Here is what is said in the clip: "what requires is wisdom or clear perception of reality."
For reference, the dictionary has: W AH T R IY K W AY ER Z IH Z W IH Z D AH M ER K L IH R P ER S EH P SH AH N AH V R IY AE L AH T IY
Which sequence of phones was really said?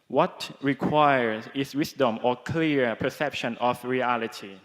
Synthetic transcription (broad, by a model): W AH T R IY K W AY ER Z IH S W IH S D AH M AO K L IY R P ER S EH P SH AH N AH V R IY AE L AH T IY